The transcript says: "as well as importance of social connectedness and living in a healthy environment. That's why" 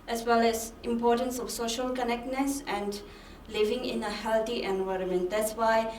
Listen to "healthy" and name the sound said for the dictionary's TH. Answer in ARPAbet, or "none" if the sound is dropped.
T